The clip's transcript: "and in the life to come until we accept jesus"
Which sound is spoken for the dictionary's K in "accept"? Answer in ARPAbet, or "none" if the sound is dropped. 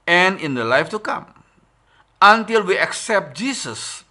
K